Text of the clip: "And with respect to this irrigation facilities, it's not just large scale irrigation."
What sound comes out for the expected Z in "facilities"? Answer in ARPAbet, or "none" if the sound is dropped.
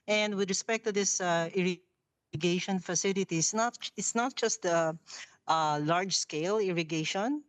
S